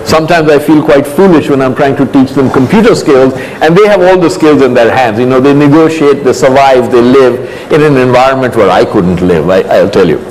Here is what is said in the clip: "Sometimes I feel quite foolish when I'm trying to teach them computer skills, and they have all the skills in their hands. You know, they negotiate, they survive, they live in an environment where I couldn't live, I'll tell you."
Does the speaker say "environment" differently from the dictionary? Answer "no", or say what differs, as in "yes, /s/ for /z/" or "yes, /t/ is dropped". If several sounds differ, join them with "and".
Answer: no